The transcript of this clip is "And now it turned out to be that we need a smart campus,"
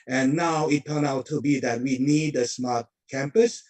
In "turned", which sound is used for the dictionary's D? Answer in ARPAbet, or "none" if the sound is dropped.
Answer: none